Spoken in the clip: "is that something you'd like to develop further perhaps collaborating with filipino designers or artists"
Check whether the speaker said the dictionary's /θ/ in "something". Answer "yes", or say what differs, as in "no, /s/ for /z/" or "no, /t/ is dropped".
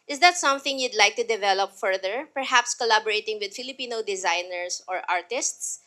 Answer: yes